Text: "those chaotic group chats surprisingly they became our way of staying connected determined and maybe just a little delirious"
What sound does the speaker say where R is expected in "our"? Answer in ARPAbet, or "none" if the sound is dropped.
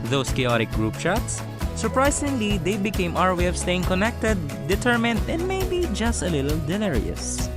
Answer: R